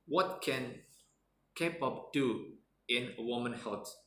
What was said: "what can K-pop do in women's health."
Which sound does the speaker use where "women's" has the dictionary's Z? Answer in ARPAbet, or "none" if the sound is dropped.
none